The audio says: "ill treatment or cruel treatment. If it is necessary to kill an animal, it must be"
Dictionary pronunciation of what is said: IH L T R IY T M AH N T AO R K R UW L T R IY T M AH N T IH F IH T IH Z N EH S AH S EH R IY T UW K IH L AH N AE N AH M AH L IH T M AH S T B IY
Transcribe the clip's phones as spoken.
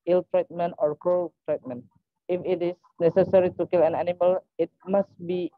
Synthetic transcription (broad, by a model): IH L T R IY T M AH N AO R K AO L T R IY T M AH N IH F IH T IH S N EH S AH S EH R IY T UW K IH L AH N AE N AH M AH L IH T M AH S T B IY